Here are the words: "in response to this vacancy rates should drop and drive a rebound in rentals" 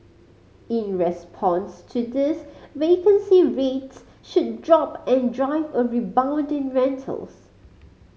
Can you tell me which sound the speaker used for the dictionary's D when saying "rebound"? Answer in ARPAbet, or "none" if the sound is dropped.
D